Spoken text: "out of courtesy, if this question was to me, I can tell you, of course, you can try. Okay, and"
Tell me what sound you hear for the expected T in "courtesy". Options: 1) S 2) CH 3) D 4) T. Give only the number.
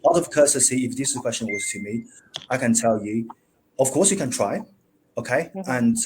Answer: 1